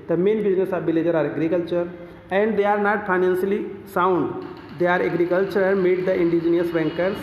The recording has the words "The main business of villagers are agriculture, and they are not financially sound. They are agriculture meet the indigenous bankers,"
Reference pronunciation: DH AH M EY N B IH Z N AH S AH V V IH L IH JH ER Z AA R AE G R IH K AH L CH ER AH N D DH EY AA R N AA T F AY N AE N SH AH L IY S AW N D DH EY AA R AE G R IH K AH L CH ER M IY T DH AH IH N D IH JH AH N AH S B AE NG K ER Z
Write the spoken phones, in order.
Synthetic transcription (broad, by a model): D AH M EY N B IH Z N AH S AH V B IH L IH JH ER AA R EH G R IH K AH L CH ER AH N D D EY AA R N AA T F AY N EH N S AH L IY S AW N D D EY AA R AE G R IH K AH L CH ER M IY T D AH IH N D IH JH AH N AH S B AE NG K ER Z